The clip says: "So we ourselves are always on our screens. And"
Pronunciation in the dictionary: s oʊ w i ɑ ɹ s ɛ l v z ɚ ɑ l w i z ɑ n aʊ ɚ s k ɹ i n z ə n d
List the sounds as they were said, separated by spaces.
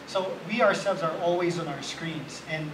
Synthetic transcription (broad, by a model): s oʊ w i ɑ ɹ s ɛ l v z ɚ ɑ l w i z ɑ n aʊ ɚ s k ɹ i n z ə n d